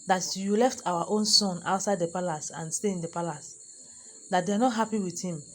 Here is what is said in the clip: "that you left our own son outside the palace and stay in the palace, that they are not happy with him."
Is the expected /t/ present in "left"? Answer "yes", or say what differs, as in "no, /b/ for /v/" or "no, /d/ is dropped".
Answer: yes